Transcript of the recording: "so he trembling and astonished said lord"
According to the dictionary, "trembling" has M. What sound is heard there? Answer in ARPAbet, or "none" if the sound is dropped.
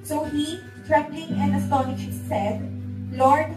none